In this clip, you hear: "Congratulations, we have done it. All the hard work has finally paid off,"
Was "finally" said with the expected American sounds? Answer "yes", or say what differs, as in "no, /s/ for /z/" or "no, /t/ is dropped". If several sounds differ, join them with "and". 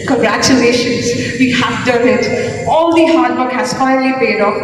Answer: no, /n/ is dropped